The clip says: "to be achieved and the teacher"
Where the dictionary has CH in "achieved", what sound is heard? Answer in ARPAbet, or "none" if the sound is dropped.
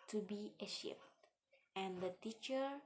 SH